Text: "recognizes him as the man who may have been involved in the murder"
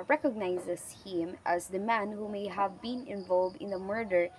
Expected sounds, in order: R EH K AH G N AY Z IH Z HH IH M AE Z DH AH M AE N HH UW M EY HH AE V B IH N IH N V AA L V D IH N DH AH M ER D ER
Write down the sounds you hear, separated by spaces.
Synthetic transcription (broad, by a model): R EH K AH G N AY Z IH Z HH IH M AE Z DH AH M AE N HH UW M EY HH AE V B IH N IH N V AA L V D IH N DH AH M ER D ER